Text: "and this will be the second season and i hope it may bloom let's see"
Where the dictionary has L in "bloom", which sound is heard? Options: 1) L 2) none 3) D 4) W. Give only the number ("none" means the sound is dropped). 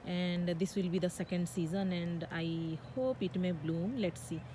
1